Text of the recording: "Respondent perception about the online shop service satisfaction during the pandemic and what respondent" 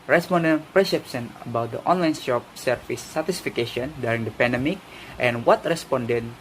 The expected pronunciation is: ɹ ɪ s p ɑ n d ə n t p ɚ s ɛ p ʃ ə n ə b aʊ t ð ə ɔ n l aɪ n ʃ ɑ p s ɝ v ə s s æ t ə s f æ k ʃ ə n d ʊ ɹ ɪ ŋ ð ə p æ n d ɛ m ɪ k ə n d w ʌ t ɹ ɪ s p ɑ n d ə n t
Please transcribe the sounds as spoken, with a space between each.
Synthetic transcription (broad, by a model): ɹ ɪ s p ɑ n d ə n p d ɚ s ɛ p s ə n ə b aʊ t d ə ɔ n l aɪ n ʃ ɑ p s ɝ f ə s s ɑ t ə s f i k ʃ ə n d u ɹ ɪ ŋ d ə p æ n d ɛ m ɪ k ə n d w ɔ t ɹ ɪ s p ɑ n d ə n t